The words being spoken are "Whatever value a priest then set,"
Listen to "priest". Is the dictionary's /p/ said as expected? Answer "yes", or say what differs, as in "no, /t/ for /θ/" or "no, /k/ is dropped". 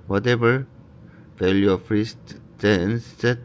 no, /f/ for /p/